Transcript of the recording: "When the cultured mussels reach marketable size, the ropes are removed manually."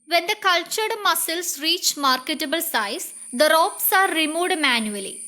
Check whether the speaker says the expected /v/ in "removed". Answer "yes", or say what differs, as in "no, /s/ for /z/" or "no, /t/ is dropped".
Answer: no, /v/ is dropped